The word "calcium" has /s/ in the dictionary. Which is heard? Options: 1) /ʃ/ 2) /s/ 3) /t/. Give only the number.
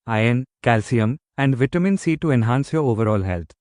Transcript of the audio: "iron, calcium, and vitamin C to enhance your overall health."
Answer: 2